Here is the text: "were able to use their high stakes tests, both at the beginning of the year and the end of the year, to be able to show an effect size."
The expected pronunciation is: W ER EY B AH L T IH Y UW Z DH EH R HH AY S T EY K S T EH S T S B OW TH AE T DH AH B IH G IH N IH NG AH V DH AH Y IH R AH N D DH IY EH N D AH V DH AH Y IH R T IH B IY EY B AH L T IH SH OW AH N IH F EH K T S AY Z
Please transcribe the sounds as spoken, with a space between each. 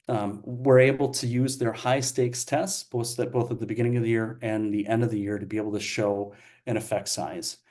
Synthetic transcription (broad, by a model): W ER EY B L T IH Y UW Z DH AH R HH AY S T EY K S T EH S T S B OW TH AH T DH AH B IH G IH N IH NG AH V DH AH Y IH R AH N DH IY EH N D AH V DH AH Y IH R T IH B IY EY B L T IH SH OW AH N IH F EH K T S AY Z